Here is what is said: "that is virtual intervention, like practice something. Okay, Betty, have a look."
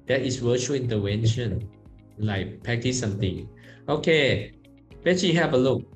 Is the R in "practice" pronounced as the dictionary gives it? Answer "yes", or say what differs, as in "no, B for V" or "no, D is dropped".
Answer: no, R is dropped